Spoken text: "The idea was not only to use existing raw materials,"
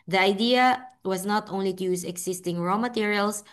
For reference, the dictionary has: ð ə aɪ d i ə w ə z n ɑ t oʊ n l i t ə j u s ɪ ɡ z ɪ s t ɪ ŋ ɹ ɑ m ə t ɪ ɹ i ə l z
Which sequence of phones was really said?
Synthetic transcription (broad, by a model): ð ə aɪ d i ə w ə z n ɑ t oʊ n l i t ə j u s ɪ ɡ s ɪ s t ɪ ŋ ɹ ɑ m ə t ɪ ɹ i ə l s